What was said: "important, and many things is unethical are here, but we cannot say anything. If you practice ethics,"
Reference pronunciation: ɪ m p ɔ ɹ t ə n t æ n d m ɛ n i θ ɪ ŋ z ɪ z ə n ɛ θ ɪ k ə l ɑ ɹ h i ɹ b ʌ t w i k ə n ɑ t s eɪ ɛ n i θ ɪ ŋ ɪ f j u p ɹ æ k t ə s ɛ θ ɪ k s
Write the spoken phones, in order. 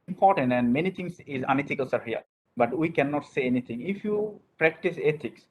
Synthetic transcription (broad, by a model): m p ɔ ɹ t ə n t æ n d m ɛ n i t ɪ ŋ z ɪ z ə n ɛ t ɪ k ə l ɑ ɹ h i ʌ b ʌ t w i k ə n ɑ t s eɪ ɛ n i t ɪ ŋ ɪ f j u p ɹ æ k t ə s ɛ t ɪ k s